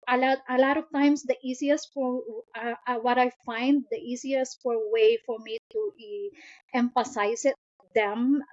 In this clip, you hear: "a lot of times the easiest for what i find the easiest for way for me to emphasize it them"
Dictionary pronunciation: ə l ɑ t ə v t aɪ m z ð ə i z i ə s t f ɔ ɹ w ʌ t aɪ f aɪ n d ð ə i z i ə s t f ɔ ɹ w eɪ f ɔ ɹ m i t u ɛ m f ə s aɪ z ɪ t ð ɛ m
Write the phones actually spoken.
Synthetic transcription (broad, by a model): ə l ɑ t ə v t aɪ m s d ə i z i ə s t f ɔ ɹ w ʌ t aɪ f aɪ n d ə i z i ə s t f ɔ ɹ w eɪ f ɔ ɹ m i t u ɛ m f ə s aɪ s ɪ t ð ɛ m